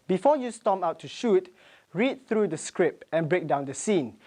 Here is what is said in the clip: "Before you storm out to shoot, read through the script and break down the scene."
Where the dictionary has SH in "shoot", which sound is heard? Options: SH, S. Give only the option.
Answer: SH